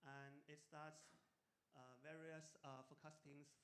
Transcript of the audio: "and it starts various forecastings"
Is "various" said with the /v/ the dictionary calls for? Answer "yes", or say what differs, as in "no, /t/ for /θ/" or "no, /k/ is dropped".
yes